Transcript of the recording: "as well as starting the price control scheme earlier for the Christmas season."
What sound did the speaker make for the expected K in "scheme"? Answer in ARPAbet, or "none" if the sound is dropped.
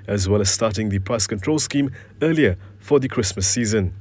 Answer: K